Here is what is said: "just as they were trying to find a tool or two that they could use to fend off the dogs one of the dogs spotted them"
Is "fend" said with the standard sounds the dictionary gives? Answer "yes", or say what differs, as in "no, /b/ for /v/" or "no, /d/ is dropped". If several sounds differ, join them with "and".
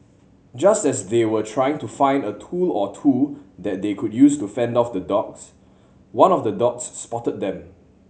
yes